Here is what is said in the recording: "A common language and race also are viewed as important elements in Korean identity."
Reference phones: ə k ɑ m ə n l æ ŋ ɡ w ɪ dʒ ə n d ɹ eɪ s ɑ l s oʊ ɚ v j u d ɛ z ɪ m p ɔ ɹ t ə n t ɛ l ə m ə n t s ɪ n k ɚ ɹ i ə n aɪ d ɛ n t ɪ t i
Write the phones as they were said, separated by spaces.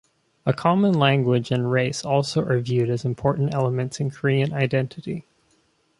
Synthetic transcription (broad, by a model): ə k ɑ m ə n l æ ŋ ɡ w ɪ dʒ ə n ɹ eɪ s ɑ l s oʊ ɚ v j u d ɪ z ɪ m p ɔ ɹ t n t ɛ l ə m ə n t s ɪ n k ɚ ɹ i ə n aɪ d ɛ n t ɪ t i